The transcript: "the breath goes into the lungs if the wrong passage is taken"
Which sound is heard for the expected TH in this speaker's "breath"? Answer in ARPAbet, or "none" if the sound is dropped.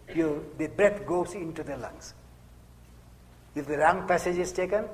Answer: T